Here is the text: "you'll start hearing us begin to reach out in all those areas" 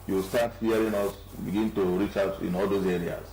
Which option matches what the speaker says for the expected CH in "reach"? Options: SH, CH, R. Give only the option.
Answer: CH